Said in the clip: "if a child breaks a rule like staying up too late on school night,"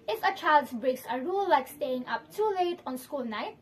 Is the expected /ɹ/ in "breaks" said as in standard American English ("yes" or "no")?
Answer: yes